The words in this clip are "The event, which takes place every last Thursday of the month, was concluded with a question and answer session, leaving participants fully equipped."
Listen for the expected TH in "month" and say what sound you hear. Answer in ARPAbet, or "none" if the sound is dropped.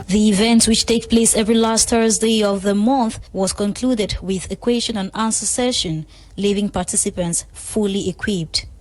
TH